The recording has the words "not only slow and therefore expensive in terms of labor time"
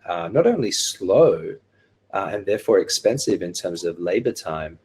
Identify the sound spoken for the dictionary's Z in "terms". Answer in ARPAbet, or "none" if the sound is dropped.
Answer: Z